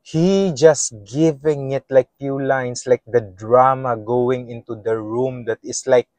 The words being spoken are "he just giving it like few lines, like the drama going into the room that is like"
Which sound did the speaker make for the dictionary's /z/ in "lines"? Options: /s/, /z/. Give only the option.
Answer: /s/